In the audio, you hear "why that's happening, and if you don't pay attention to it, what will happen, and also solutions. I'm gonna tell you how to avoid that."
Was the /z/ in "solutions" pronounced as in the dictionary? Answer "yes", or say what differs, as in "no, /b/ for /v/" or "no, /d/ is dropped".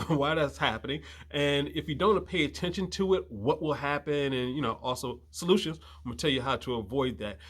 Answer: yes